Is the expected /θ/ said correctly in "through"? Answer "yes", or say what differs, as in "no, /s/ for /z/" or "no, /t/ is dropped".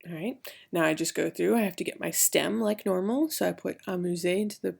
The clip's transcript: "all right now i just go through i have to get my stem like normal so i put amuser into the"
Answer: yes